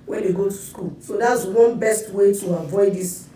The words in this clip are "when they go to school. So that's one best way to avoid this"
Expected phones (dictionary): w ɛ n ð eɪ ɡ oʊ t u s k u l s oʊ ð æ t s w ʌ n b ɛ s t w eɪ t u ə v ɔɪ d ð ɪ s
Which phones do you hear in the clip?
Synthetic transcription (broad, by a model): w ɛ n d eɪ ɡ oʊ t u s k u l s oʊ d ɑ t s w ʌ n b ɛ s t w eɪ t u ə v ɔɪ d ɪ s